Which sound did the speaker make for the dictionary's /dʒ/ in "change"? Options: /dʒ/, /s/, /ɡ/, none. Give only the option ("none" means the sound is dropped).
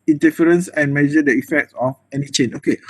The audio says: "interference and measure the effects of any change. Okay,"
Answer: none